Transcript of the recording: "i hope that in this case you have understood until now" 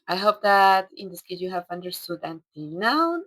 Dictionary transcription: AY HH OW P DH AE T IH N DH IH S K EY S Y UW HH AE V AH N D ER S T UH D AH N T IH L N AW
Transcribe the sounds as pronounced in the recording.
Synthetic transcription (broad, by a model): AY HH OW P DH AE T IH N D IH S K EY Y UW HH AE V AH N D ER S T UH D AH N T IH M N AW